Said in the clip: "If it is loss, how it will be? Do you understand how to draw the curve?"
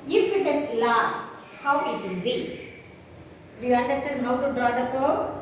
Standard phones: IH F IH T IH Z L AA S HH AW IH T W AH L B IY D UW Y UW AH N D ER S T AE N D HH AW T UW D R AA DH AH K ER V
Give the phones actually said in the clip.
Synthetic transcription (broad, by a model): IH F IH T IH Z L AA S HH AW IH T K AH N B IY D UW Y UW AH N D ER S T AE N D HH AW T UW D R AA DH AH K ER